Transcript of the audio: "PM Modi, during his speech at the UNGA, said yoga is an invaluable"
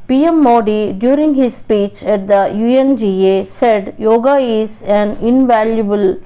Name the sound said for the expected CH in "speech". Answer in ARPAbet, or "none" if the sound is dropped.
CH